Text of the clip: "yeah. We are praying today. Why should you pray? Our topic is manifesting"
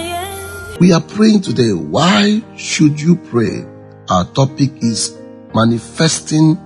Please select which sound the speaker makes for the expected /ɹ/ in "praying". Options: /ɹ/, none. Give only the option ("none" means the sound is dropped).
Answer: /ɹ/